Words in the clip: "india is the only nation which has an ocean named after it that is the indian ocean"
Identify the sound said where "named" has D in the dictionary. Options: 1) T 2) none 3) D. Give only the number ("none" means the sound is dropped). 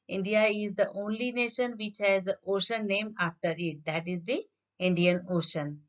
2